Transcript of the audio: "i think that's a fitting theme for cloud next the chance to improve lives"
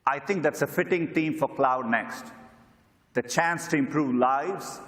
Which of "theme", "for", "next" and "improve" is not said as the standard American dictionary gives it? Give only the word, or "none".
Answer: theme